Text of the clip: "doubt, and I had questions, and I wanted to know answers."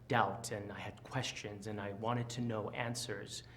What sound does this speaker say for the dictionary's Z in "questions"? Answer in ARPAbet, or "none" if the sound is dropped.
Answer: Z